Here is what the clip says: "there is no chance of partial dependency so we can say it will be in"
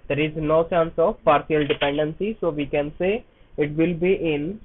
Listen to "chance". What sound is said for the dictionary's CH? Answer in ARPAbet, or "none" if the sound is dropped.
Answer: S